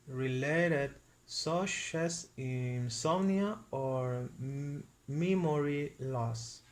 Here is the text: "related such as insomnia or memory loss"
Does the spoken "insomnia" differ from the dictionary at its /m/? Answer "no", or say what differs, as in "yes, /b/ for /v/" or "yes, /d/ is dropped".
yes, /m/ is dropped